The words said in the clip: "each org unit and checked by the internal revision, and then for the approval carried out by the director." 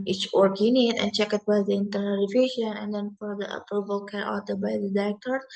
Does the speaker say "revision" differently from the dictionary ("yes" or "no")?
yes